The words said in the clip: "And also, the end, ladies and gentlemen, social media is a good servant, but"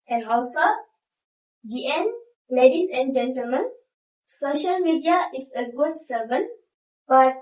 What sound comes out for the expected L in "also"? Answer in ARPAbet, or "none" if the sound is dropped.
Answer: W